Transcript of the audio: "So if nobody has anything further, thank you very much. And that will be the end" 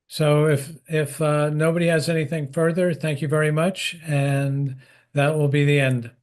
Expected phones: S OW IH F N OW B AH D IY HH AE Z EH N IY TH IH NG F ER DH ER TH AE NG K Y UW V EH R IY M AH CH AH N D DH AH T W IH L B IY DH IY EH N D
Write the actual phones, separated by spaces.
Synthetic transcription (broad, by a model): S OW IH F N OW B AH D IY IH Z EH N IY TH IH NG F ER DH ER TH AE NG K Y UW V EH R IY M AH CH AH N DH AH T W IH L B IY DH IY EH N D